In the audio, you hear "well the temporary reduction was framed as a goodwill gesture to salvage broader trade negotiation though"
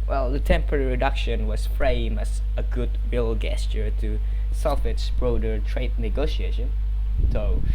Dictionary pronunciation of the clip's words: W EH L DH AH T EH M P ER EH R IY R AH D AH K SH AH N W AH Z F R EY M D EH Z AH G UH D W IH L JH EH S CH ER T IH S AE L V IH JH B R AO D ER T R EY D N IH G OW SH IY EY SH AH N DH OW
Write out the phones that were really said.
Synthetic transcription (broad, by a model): W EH L DH AH T EH M P ER EH R IY R AH D AH K SH AH N W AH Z F R EY M IH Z AH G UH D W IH L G EH S CH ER T IH S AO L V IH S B R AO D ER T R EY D N IH G OW SH IY EY SH AH N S OW